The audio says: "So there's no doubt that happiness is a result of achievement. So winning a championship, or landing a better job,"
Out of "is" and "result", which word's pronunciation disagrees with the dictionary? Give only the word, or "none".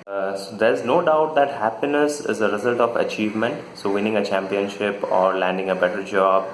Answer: none